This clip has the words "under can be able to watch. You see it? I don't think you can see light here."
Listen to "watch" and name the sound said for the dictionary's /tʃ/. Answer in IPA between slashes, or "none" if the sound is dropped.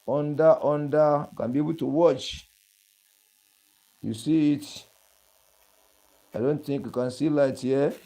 /tʃ/